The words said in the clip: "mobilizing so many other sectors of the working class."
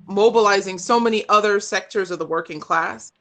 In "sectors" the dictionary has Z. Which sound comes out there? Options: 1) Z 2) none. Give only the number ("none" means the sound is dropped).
1